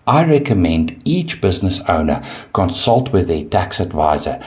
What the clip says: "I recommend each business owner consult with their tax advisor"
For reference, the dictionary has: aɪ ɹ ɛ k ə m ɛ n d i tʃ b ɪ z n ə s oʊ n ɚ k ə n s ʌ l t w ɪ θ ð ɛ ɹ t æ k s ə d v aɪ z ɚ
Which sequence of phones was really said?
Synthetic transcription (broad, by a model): aɪ ɹ ɛ k ə m ɛ n d i tʃ b ɪ z n ə s oʊ n ɚ k ə n s ʌ l t w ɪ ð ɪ t æ k s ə d v aɪ z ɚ